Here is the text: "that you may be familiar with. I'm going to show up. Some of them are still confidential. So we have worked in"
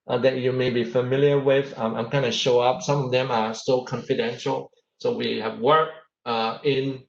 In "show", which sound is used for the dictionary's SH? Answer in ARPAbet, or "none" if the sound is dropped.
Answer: SH